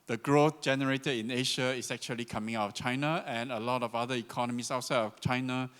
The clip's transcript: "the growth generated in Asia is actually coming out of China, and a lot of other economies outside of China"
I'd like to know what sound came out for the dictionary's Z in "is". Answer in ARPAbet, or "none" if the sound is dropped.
S